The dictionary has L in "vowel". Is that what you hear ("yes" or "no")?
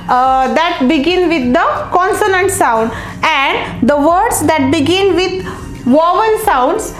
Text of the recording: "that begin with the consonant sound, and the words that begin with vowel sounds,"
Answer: no